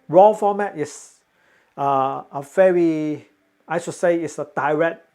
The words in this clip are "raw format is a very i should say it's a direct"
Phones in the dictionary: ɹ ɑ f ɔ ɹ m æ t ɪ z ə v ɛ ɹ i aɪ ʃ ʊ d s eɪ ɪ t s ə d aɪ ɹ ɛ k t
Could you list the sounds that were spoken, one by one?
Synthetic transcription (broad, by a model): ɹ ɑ f ɔ m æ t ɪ s ə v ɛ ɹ i aɪ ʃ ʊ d s eɪ ɪ t s ə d aɪ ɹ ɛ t